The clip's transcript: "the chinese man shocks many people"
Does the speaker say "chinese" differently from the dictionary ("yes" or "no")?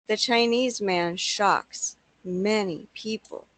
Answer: no